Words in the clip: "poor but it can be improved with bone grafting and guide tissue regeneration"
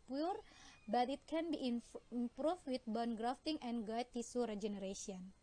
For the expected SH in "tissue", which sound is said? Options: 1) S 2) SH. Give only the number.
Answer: 1